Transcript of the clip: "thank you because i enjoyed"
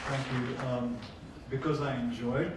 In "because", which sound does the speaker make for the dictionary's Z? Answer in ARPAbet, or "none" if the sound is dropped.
Z